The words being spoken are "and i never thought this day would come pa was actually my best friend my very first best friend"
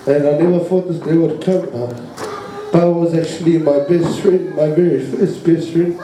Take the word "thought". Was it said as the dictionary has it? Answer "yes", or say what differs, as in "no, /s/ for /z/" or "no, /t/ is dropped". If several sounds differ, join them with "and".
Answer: no, /f/ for /θ/